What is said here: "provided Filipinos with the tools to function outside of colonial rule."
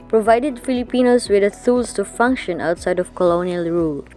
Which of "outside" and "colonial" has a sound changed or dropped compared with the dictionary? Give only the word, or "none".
none